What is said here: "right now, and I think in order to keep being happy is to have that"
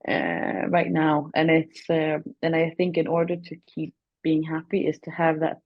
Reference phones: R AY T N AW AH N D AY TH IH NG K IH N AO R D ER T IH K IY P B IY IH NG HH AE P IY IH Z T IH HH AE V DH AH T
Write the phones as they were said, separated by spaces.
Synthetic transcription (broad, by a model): R AY T N AW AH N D AY TH IH NG K IH N AO R D ER T IH K IY P B IY IH NG HH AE P IY IH Z T IH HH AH V DH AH T